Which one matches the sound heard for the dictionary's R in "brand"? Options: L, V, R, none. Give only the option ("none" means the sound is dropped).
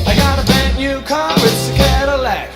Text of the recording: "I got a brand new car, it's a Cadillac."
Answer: none